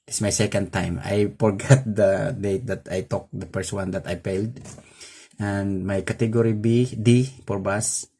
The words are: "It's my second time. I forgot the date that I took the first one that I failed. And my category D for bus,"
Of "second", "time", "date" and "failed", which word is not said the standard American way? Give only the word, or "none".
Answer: failed